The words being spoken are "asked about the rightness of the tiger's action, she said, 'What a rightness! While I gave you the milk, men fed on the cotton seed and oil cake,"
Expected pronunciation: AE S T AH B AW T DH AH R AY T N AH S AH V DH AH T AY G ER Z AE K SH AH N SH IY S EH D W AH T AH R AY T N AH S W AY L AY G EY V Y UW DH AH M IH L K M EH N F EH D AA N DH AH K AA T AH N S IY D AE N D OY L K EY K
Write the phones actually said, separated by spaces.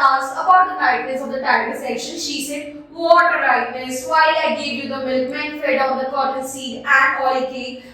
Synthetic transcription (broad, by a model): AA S AH B AW T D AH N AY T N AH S AH V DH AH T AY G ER S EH K SH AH N SH IY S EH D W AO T AH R AY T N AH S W AY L AY G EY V Y UW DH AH M IH L K M EH N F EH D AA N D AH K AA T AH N S IY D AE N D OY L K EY